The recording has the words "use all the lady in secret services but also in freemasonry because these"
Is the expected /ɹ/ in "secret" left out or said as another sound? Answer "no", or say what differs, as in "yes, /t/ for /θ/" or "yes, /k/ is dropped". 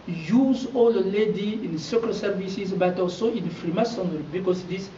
yes, /ɹ/ is dropped